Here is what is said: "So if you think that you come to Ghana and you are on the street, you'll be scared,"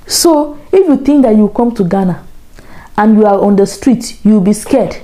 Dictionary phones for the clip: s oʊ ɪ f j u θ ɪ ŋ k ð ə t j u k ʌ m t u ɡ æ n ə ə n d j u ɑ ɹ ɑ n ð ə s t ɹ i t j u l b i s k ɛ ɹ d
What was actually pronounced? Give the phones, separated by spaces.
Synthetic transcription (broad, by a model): s oʊ ɪ f j u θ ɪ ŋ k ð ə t j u k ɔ m t u ɡ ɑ n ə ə n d j u ɑ ɹ ɑ n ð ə s t ɹ i t j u w b i s k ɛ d